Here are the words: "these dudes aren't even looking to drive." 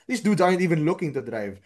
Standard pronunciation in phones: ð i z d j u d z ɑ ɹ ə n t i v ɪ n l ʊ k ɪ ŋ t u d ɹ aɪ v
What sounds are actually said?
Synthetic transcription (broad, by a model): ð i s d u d ɑ ə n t i v ɪ n l ʊ k ɪ ŋ t u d ɹ aɪ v